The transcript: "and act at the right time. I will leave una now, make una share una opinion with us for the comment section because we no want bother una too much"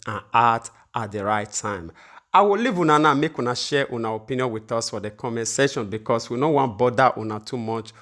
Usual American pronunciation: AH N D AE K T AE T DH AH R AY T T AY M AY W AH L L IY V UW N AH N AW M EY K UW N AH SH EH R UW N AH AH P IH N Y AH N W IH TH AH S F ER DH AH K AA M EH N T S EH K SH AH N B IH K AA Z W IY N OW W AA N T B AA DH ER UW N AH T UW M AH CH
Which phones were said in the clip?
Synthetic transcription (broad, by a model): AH N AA T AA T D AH R AY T T AY M AY W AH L L IY V UW N AH N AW M EY K UW N AH SH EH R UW N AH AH P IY N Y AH N W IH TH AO S F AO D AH K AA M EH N S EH SH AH N B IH K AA S W IY N OW W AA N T B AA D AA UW N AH T UW M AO CH